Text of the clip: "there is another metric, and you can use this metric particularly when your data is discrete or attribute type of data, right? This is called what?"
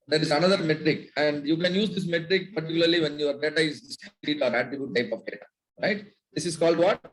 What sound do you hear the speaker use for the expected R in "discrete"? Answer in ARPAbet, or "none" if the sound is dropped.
L